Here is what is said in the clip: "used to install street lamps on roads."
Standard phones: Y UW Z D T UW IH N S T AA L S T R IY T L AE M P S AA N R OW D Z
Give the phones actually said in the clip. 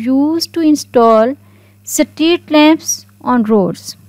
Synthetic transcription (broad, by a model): Y UW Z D T UW IH N S T AA L S T IY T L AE M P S AA N R OW D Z